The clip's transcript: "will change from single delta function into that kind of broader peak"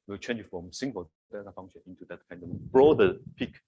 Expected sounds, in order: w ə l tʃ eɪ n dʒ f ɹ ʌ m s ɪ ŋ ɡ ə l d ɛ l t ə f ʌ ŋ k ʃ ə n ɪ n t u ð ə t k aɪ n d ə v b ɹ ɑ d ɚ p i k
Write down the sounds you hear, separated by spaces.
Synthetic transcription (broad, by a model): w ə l tʃ eɪ n dʒ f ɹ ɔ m s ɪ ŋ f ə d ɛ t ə f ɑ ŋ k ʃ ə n ɪ n t u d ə t k aɪ n d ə w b ɹ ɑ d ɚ p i k